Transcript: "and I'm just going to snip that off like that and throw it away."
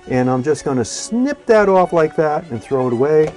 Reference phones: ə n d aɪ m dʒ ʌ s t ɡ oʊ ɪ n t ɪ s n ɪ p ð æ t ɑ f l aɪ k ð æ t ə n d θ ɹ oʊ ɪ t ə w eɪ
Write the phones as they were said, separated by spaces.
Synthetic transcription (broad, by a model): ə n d aɪ m dʒ ʌ s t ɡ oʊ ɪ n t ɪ s n ɪ p ð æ t ɑ f l aɪ k ð æ t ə n θ ɹ oʊ ɪ t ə w eɪ